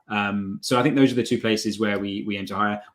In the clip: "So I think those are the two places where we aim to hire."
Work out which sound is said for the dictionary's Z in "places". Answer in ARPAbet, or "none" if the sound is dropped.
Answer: Z